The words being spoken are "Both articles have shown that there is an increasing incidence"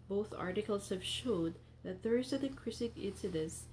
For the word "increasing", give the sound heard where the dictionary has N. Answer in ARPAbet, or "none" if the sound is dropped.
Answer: none